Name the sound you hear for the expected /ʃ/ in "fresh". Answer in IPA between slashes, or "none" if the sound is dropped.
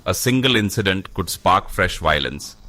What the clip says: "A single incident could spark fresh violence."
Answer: /ʃ/